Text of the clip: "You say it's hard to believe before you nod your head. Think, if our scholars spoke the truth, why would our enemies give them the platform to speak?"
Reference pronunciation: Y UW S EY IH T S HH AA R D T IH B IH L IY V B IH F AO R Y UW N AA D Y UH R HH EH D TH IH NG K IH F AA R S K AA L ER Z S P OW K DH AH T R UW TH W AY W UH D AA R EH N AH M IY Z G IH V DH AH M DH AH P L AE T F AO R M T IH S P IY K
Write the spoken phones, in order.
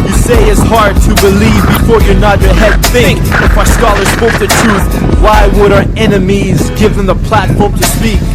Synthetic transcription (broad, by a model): Y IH S EY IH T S HH AA R D T IH B IH L IY V B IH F AO R Y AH N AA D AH R HH EH D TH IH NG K IH F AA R S K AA L ER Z S P OW K DH AH T R UW TH W AY W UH D AA R EH N AH M IY Z G IH V DH AH M DH AH P L AE T F AO R M T IH S P IY K